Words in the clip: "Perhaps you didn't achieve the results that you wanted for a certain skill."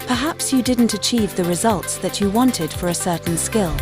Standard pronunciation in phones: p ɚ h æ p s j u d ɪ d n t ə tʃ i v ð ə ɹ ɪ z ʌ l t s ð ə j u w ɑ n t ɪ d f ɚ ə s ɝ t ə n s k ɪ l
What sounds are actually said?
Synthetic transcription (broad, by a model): p ɚ h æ p s j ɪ d ɪ d n t ə tʃ i v ð ə ɹ ɪ z ʌ l t s ð ə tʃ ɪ w ɑ n t ɪ d f ɚ ə s ɝ t n s k ɪ l